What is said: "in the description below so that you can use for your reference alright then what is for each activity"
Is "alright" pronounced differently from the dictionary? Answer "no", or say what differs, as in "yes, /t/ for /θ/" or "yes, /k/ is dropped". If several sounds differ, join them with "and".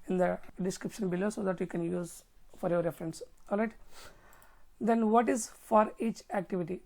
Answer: no